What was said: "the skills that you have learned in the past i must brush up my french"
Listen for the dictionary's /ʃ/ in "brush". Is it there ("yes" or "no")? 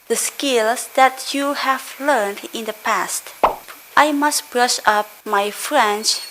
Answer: yes